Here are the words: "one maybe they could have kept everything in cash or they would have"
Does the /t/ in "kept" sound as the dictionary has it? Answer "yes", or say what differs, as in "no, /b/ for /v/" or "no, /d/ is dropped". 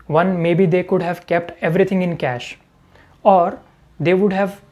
yes